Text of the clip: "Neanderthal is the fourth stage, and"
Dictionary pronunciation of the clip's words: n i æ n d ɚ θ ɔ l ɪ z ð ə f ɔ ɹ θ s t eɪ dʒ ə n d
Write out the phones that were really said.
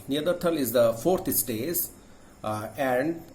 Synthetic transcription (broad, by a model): n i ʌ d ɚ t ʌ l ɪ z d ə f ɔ ɹ t s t eɪ z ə n d